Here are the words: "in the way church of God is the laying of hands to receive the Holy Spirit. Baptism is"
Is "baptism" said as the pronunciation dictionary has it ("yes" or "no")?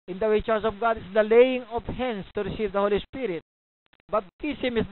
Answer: no